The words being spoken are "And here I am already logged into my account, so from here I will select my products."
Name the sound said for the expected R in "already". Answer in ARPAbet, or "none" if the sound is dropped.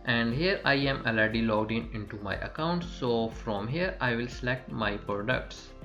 none